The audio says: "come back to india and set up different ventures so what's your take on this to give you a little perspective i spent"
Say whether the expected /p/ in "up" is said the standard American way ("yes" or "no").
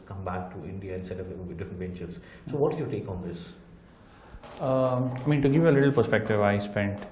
no